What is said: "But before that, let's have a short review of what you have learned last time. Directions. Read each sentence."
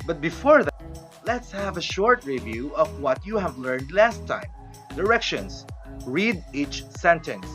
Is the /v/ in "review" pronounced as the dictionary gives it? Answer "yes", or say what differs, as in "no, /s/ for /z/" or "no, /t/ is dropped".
yes